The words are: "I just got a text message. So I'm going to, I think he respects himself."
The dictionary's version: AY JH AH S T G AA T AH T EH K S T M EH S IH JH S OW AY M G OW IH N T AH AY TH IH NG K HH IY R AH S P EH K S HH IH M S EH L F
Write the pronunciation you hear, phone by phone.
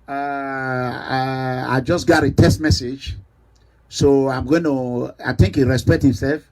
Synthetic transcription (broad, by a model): AY JH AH S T G AA T AH T EH S T M EH S IH JH S OW AY M G OW IH N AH AY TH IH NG K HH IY R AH S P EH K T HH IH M S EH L F